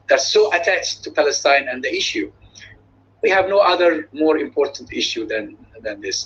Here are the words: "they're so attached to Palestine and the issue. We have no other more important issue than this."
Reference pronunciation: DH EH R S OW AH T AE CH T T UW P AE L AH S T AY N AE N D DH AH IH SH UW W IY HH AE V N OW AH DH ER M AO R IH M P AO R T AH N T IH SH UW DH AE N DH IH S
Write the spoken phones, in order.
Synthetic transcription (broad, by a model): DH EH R S OW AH T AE CH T T UW P AE L AH S T AY N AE N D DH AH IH SH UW W IY HH AE V N OW AH DH ER M AO R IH M P AO R T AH N T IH SH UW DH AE N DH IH S